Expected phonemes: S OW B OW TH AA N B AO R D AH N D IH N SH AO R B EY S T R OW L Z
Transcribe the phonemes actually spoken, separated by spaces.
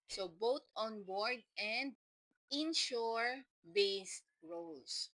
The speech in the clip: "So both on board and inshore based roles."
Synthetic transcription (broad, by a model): S OW B OW T AA N B AO R D AH N D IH N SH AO R B EY S T R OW L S